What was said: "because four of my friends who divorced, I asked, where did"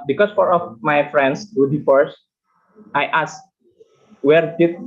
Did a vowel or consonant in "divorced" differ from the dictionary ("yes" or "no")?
yes